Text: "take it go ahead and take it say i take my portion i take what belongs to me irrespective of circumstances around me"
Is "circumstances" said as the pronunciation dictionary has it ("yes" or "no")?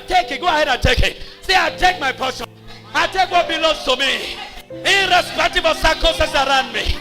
no